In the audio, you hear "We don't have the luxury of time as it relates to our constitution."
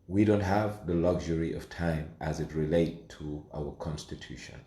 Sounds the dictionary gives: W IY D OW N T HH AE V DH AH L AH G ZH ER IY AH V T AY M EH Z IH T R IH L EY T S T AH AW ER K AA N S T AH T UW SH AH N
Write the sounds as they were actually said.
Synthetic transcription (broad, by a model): W IY D OW N T HH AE V DH AH L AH G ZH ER IY AH V T AY M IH Z IH T R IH L EY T T AH AW ER K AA N S T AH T UW SH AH N